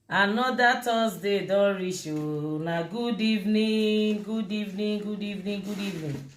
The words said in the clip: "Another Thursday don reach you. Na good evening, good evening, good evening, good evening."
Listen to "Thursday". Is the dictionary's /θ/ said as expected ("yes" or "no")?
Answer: no